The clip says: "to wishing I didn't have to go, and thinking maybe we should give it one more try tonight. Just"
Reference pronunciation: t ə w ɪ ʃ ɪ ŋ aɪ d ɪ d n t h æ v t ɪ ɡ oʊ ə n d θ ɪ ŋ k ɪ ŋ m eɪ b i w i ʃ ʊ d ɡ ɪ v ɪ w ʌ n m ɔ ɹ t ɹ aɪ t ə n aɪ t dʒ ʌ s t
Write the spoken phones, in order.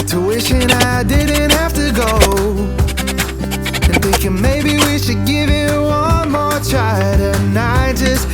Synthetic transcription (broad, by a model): t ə w ɪ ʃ ɪ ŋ aɪ d ɪ d n t h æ f t ɪ ɡ oʊ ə n θ ɪ ŋ k ɪ ŋ m eɪ b i w i ʃ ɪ d ɡ ɪ v ɪ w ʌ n m ɔ ɹ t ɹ aɪ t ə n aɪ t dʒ ʌ s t